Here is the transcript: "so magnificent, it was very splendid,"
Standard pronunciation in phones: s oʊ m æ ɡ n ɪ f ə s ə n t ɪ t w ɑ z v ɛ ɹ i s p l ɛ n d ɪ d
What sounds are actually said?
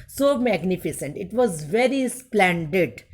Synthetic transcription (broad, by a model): s oʊ m æ ɡ n ɪ f ə s ə n t ɪ t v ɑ z v ɛ ɹ i s p l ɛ n d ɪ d